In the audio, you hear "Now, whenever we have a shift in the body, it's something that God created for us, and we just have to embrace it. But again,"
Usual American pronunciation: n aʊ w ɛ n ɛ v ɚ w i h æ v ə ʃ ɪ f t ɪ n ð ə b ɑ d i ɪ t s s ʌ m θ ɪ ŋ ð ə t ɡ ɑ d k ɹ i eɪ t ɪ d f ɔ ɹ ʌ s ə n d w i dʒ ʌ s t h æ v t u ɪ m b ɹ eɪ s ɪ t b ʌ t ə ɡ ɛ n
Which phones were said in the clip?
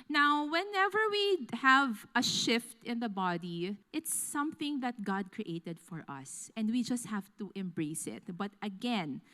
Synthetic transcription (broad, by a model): n aʊ w ɛ n ɛ v ɚ w i h æ v ə ʃ ɪ f t ɪ n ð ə b ɑ d i ɪ t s s ʌ m θ ɪ ŋ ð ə t ɡ ɑ d k ɹ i eɪ t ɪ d f ɔ ɹ ʌ s ə n d w i dʒ ʌ s t h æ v t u ɪ m b ɹ eɪ s ɪ t b ʌ t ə ɡ ɛ n